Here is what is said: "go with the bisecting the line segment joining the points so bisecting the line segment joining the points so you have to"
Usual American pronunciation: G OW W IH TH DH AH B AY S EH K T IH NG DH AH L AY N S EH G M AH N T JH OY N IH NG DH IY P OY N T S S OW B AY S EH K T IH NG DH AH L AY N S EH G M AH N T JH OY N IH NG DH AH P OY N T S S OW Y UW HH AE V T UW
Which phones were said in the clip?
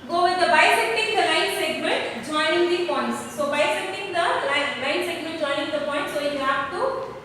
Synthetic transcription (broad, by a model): G OW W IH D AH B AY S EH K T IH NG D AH L AY N S EH G M AH N T JH OY N IH NG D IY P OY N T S S OW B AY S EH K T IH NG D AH L AY N S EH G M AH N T JH OY N IH NG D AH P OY N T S S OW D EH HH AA P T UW